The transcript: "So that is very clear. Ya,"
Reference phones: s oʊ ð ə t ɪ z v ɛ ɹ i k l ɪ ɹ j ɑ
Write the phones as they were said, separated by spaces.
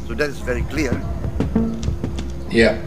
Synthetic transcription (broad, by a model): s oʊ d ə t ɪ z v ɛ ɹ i k l ɪ ɹ j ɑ